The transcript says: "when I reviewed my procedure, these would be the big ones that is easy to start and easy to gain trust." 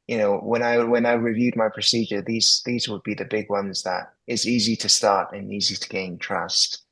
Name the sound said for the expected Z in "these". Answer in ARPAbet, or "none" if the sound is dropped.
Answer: Z